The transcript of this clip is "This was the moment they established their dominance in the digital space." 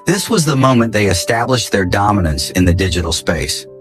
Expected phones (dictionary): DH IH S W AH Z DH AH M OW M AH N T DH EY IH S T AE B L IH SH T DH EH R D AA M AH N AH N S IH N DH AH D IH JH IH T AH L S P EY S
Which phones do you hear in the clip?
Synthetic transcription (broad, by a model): DH IH S W AH Z DH AH M OW M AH N DH EY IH S T AE B L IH SH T DH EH R D AA M AH N AH N S IH N DH AH D IH JH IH T L S P EY S